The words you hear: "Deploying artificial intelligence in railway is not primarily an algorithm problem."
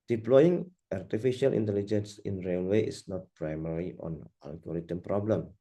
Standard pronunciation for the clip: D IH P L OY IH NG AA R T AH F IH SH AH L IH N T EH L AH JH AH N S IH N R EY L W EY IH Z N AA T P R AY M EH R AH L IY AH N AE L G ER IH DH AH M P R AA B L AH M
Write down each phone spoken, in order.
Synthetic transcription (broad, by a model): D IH P L OY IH NG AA R T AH F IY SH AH L IH N T EH L AH JH AH N S IH N R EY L W EY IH S N AA T P R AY M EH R IY AH N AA L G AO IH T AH M P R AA B L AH M